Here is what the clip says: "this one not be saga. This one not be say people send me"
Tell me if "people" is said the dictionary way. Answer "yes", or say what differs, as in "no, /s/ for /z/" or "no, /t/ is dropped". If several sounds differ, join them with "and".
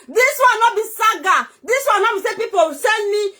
no, /w/ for /l/